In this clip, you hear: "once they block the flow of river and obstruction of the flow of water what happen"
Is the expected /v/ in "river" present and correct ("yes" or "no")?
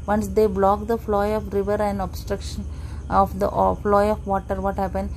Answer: yes